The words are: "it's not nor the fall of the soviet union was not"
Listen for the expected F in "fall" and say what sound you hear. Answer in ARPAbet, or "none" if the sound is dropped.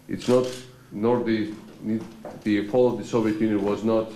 P